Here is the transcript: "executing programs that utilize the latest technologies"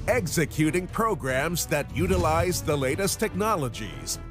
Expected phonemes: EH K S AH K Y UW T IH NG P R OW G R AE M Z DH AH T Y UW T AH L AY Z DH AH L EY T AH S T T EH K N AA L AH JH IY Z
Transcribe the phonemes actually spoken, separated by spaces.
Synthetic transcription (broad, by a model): EH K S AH K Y UW T IH NG P R OW G R AE M Z DH AH T Y UW T AH L AY Z DH AH L EY T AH S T T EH K N AA L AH JH IY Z